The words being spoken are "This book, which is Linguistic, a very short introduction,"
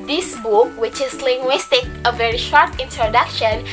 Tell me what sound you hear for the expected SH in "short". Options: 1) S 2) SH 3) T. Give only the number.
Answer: 2